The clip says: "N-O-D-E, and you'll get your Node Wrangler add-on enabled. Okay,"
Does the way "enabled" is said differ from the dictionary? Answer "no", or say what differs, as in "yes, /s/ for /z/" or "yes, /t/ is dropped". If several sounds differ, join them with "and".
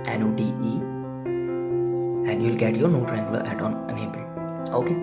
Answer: yes, /d/ is dropped